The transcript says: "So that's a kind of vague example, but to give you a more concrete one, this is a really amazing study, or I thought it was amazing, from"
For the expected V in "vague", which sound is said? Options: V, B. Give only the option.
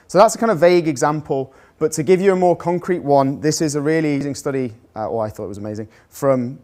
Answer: V